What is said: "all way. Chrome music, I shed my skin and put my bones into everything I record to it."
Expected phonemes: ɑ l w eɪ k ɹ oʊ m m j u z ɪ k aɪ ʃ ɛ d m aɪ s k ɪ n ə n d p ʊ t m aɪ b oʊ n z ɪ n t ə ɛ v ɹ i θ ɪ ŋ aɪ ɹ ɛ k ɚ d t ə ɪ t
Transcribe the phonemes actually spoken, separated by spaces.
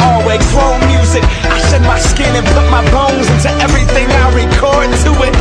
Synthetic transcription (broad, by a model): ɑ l w eɪ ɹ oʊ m m j u z ɪ k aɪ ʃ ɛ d m aɪ s k ɪ n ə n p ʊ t m aɪ b oʊ n z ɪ n t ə ɛ v ɹ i θ ɪ ŋ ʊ ɹ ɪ k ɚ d t ə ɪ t